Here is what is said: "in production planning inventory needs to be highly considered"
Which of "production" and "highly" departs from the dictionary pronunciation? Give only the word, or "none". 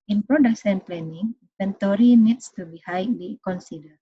production